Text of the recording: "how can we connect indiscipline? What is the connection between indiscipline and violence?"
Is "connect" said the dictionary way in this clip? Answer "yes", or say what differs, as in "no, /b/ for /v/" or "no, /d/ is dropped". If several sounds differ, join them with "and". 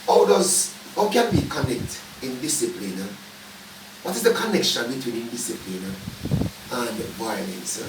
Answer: yes